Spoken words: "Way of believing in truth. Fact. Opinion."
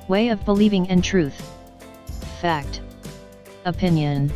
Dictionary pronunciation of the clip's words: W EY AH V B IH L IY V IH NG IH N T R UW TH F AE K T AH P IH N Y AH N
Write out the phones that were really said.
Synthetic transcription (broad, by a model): W EY AH V B IH L IY V IH NG IH N T R UW TH F AE K T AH P IH N Y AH N